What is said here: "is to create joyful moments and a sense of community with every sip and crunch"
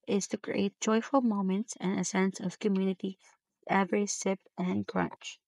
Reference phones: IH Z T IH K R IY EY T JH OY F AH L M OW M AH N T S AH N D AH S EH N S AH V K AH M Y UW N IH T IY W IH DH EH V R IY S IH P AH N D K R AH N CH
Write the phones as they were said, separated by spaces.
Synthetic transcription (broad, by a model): IH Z T IH K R IY EY T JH OY F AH L M OW M AH N T S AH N AH S EH N S AH V K AH M Y UW N IH T IY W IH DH EH V R IY S IH P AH N K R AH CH